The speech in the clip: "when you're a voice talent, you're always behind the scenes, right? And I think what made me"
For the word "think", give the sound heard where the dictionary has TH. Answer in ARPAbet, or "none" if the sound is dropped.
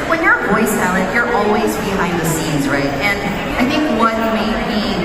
TH